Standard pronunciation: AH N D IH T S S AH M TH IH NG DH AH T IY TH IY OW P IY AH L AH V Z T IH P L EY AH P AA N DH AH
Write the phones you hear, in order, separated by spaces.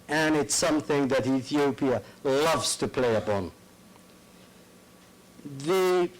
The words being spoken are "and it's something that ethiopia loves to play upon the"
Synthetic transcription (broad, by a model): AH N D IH T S S AH M TH IH NG DH AH T IY TH IY OW P IY AH L AH V Z T IH P L EY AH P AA N DH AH